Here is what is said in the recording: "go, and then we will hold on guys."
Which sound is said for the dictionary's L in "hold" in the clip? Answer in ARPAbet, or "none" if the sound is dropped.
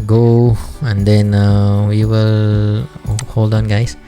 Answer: L